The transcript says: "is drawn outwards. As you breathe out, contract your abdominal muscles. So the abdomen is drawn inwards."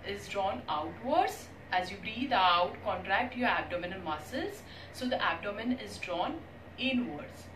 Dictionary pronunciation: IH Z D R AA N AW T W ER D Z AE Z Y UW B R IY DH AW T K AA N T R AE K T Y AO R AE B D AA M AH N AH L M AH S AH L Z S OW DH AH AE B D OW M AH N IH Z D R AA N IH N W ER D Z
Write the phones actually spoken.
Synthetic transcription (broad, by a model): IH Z D R AA N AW T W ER D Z AE Z Y UW B R IY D AW T K AA N T R AE K T Y AO R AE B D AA M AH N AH N M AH S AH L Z S OW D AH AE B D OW M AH N IH Z D R AA N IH N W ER D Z